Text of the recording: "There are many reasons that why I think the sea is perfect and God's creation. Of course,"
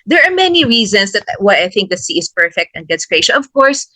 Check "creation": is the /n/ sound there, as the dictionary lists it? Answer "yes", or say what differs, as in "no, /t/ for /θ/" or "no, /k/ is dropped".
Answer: no, /l/ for /n/